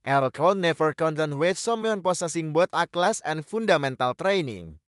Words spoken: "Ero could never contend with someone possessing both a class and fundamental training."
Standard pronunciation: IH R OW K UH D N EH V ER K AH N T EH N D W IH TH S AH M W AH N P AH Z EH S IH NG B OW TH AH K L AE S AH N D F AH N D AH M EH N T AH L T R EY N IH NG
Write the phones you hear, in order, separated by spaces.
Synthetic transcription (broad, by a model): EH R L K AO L N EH F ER K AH N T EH N W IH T S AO M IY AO N P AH S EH S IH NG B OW T AH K L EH S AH N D F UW N D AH M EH N T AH L T R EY N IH NG